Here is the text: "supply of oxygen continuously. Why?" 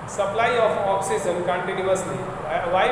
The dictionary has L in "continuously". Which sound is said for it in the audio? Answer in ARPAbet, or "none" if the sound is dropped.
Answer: N